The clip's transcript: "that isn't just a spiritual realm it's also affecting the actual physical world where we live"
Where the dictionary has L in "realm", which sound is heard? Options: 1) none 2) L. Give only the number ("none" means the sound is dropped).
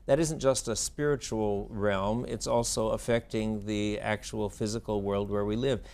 2